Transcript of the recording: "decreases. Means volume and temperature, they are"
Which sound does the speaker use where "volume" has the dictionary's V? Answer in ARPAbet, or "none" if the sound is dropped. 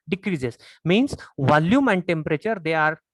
V